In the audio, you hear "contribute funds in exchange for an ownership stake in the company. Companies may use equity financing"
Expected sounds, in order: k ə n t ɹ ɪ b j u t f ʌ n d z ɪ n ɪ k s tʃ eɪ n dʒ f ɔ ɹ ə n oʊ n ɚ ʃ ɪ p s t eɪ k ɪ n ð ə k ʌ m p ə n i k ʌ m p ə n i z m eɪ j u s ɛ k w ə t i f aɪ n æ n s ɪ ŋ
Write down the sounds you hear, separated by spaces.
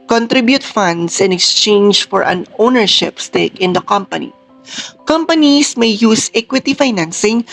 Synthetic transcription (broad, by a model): k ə n t ɹ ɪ b j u t f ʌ n d s ɪ n ɪ k s tʃ eɪ n dʒ f ɔ ɹ ə n oʊ n ɚ ʃ ɪ p s t eɪ k ɪ n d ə k ʌ m p ə n i k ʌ m p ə n i s m eɪ j u s ɛ k w ə t i f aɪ n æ n s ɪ ŋ